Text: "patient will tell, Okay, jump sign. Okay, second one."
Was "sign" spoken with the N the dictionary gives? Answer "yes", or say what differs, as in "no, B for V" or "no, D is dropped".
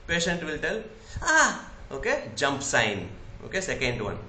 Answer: yes